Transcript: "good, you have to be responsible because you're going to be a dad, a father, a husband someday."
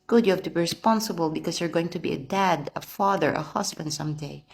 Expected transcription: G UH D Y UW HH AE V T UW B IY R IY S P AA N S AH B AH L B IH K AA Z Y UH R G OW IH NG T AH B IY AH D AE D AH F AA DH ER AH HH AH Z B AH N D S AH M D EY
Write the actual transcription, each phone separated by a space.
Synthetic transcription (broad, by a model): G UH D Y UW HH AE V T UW B IY R IY S P AA N S AH B AH L B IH K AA S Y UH R G OW IH NG T AH B IY AH D AE D AH F AA DH ER AH HH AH S B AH N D S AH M D EY